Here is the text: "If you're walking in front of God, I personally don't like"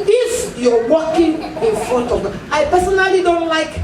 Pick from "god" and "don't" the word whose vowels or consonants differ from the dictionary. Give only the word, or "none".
god